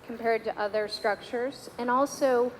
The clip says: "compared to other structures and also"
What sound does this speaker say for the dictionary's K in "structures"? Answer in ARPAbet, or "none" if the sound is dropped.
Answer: K